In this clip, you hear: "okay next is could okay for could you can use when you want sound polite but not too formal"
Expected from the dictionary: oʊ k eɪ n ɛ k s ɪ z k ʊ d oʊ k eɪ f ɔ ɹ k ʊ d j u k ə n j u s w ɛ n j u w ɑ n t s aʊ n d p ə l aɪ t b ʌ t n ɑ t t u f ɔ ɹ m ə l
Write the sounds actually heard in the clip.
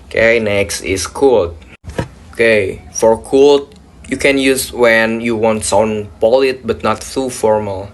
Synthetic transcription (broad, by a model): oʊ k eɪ n ɛ k s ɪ s k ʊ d oʊ k eɪ f ɔ ɹ k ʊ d j u k ə n j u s w ɛ n j u w ɑ n t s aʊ n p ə l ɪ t b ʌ t n ɑ t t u f ɔ ɹ m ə l